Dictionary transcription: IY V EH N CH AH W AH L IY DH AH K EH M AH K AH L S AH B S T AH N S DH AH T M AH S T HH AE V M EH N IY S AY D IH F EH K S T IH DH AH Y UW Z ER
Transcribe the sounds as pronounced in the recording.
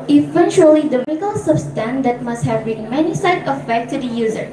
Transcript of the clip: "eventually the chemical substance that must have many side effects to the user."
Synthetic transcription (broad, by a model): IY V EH N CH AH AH L IY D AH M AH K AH L S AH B S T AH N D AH T M AH S T HH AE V M EH N IY S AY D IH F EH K T IH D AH Y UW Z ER